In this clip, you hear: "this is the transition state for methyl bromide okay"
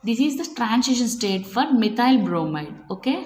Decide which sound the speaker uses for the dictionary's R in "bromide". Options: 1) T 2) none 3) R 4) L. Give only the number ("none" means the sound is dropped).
3